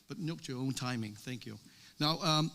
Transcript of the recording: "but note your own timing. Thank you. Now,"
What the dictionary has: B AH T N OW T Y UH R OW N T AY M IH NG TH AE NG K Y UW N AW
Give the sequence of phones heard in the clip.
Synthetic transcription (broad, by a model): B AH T N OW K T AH R OW N T AY M IH NG TH AE NG K Y UW N AW